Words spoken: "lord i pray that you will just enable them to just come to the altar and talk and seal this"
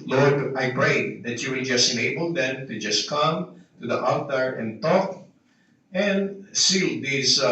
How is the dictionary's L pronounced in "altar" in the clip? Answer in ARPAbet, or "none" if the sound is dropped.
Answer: none